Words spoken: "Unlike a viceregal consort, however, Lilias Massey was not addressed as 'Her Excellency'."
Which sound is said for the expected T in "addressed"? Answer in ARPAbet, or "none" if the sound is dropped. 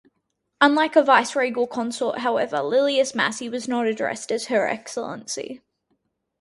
T